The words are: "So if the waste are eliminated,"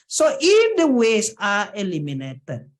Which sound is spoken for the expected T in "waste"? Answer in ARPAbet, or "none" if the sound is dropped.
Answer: none